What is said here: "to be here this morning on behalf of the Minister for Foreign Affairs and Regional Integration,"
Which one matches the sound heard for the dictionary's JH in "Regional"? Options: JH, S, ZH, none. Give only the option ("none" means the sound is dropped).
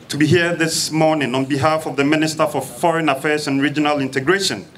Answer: JH